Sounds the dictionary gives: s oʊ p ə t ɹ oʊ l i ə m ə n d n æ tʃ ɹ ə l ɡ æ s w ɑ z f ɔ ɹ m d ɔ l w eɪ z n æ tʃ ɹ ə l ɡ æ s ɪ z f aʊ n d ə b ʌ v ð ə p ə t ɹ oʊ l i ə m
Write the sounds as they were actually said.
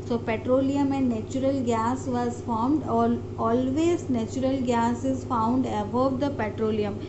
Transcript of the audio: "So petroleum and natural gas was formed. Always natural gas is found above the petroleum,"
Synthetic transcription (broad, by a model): s oʊ p ə t ɹ oʊ l i ə m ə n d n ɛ tʃ ɹ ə l ɡ æ s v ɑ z f ɔ ɹ m d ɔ l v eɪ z n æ tʃ ɹ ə l ɡ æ s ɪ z f aʊ n d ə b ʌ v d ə p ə t ɹ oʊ l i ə m